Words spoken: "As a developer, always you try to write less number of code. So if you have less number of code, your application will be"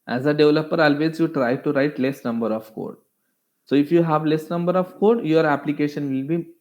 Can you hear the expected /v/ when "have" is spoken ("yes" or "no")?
yes